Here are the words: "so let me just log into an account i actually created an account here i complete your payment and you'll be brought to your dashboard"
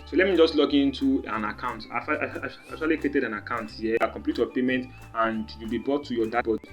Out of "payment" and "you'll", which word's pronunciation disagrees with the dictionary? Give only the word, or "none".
none